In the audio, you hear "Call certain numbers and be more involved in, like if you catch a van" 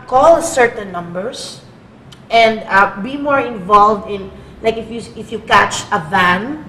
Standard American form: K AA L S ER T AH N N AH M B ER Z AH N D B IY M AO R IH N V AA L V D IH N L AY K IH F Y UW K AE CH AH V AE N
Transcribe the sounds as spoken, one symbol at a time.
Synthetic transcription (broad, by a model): K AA L S ER T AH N N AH M B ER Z AH N D B IY M AO R IH N V AA L V D IH N L AY K IH F Y UW K AE CH AH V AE N